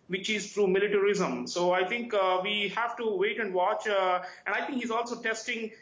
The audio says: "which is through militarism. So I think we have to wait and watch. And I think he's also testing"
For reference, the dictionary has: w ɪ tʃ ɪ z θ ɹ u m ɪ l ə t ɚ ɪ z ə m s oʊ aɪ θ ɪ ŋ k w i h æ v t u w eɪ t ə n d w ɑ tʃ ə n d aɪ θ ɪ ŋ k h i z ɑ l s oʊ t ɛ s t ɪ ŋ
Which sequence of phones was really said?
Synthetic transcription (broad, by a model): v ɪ tʃ ɪ z t ɹ u m ɪ l ə t ɚ ɪ z ə m s oʊ aɪ t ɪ ŋ k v i h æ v t u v eɪ t ə n d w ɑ tʃ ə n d aɪ t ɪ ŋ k h i z ɑ l s oʊ t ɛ s t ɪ ŋ